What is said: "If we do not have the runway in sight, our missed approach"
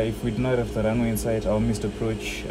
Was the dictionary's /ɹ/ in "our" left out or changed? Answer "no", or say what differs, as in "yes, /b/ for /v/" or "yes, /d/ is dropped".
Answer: yes, /l/ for /ɹ/